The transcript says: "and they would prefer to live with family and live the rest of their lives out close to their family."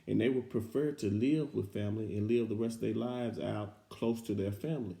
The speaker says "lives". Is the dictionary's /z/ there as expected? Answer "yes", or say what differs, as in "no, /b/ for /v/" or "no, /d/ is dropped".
yes